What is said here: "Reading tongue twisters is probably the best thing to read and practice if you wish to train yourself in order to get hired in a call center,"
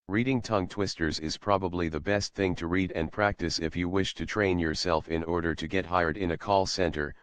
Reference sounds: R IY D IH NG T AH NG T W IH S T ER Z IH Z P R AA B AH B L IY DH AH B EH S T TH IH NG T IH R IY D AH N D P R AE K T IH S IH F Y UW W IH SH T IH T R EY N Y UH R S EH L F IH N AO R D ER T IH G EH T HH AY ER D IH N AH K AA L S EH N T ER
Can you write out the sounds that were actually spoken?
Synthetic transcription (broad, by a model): R IY D IH NG T AH NG T W IH S T ER Z IH Z P R AA B AH B L IY DH AH B EH S T TH IH NG T IH R IY D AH N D P R AE K T IH S IH F Y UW W IH SH T IH T R EY N Y UH R S EH L F IH N AO R D ER T IH G EH T HH AY ER D IH N AH K AA L S EH N T ER